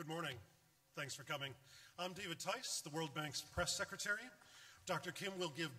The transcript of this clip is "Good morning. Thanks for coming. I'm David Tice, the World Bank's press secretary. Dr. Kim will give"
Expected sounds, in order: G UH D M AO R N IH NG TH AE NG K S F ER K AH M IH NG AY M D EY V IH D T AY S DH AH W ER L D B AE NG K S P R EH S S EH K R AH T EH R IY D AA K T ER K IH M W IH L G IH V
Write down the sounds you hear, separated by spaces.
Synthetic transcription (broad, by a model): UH D M AO R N IH NG TH AE NG K S F ER K AH M IH NG AY M D EY V IH D T AY S DH AH W ER L D B AE NG K S P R EH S S EH K R AH T EH R IY D AA K T ER K IH M W IH L G IH V